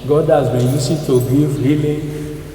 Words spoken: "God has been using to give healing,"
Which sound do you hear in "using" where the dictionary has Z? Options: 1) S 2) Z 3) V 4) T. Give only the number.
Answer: 1